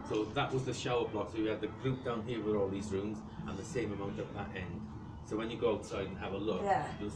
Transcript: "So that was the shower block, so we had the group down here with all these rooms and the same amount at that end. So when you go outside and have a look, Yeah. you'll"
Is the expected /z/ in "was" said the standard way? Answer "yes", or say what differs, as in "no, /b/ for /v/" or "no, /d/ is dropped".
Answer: yes